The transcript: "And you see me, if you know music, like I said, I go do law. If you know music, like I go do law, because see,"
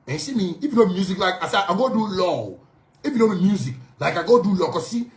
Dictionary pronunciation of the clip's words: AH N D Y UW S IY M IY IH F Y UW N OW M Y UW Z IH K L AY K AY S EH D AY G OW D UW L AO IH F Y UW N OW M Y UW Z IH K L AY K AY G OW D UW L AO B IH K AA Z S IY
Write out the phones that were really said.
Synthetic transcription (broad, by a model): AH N S IY M IY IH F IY N OW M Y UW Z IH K L AY K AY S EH AY G OW D UW L AO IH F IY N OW M Y UW Z IH K L AY K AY G OW D UW L AO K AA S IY